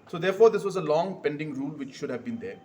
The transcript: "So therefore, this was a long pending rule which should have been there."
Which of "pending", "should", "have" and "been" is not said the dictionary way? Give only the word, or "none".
none